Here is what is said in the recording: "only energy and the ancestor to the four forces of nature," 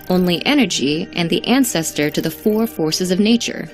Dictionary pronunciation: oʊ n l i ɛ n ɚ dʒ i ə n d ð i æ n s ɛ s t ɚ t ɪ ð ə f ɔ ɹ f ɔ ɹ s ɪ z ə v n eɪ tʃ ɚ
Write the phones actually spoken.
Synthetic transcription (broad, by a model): oʊ n l i ɛ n ɚ dʒ i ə n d ð i æ n s ɛ s t ɚ t ɪ ð ə f ɔ ɹ f ɔ ɹ s ɪ z ə v n eɪ tʃ ɚ